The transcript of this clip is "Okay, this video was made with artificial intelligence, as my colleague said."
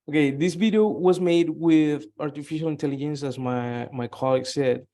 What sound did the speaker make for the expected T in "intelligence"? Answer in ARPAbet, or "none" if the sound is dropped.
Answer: T